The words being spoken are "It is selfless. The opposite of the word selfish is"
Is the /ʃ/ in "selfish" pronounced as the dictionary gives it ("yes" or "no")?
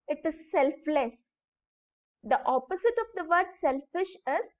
yes